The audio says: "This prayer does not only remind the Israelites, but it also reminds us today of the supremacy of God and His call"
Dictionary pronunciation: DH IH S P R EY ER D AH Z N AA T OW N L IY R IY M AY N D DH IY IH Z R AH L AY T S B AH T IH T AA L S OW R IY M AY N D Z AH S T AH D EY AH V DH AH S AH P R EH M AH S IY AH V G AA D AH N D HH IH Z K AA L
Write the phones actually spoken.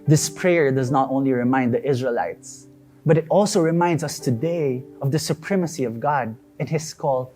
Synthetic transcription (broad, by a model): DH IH S P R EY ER D AH Z N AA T OW N L IY R IY M AY N D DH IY IH Z R AH L AY T S B AH T IH T AA L S OW R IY M AY N D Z AH S T AH D EY AH V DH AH S AH P R EH M AH S IY AH V G AA D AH N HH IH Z K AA L